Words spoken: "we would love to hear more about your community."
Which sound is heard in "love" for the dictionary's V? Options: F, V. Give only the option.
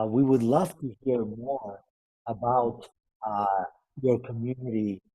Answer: F